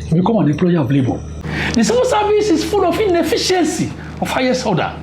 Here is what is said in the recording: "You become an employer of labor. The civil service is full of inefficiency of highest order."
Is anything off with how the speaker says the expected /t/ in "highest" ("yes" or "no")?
yes